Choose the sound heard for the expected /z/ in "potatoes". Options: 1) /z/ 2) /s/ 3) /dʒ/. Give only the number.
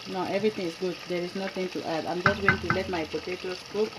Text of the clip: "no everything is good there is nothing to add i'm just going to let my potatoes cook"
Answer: 2